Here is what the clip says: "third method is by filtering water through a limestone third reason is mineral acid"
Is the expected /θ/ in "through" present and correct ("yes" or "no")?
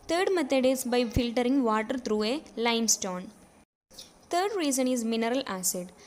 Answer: no